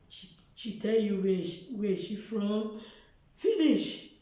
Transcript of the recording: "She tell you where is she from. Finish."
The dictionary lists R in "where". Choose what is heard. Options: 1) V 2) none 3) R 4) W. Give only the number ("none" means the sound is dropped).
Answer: 4